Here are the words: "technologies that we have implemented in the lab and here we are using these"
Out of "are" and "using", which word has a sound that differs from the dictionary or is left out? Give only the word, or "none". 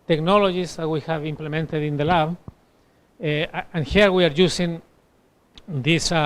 using